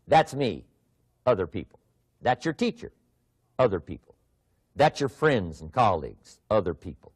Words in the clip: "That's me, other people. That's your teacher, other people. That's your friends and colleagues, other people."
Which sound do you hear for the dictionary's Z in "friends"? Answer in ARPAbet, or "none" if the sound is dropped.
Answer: Z